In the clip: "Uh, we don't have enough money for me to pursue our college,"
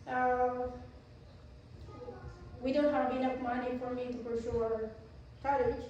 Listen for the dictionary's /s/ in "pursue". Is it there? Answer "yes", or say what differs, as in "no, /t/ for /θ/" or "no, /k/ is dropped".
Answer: no, /ʃ/ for /s/